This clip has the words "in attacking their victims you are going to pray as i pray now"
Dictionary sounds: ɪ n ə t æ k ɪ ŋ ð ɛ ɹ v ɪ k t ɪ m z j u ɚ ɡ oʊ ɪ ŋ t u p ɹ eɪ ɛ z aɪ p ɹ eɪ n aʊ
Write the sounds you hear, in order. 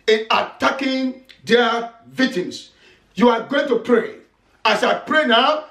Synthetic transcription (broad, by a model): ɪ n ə t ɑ k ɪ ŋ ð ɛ v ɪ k t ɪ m s j u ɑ ɡ oʊ ɪ ŋ t u p ɹ eɪ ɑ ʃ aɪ p ɹ eɪ n aʊ